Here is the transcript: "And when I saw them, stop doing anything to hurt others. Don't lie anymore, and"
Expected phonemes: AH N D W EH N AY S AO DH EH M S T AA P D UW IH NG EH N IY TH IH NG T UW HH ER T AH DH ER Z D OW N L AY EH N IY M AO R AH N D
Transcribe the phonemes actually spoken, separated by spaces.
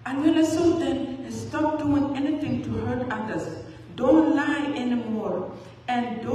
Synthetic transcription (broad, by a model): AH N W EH L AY S AO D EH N S T AA P D UW IH NG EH N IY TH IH NG T UW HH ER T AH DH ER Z D OW N L AY EH N IY M AO R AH N D